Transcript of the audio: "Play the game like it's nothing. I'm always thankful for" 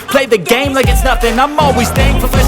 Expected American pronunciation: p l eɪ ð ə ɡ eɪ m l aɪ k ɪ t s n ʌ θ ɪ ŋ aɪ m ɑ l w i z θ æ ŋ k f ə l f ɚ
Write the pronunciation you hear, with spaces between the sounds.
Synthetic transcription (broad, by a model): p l eɪ ð ə ɡ eɪ m l aɪ k ɪ t s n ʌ f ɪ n aɪ m ɑ l w i z s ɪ ŋ f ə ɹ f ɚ